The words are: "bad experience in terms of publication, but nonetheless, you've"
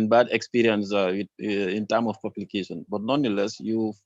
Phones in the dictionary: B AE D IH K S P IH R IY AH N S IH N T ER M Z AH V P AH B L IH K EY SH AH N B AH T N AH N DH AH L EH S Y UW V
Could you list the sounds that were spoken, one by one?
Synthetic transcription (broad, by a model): B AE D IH K S P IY R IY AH N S IH N T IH M AH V P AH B L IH K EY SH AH N B AH T N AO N AH L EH S Y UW